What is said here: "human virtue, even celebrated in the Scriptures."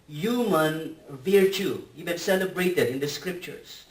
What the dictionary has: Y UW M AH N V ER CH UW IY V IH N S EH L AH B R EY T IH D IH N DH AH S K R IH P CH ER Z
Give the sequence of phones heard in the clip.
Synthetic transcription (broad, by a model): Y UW M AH N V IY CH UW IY B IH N S EH L AH B R EY T IH D IH N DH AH S K R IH P CH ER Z